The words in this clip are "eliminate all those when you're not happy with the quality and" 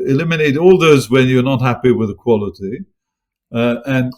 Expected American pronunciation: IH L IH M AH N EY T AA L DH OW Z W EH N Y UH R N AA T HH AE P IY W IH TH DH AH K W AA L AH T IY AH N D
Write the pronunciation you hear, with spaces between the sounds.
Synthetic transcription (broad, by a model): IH L IH M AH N EY T AA L DH OW Z W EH N Y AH R N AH T HH AE P IY W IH DH AH K W AA L AH T IY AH N